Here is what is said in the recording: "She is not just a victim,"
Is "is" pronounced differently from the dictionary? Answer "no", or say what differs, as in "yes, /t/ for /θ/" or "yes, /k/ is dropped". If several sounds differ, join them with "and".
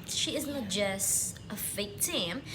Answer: no